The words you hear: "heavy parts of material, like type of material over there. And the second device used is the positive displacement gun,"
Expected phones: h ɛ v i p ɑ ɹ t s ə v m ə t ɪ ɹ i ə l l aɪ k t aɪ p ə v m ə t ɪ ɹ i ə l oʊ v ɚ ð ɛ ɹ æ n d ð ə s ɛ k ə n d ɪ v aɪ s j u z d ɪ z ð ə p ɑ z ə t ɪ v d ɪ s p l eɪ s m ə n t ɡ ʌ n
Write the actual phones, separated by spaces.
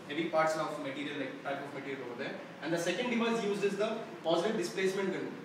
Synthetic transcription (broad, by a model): h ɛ v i p ɑ ɹ t s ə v m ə t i ɹ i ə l l aɪ k t aɪ p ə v m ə t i ɹ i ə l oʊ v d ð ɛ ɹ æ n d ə s ɛ k ə n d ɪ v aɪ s j u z ɪ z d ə p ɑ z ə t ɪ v d ɪ s p l eɪ s m ə n t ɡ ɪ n